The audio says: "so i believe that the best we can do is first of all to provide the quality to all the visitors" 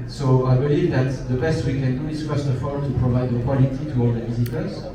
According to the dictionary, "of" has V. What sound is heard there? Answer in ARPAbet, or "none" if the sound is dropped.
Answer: F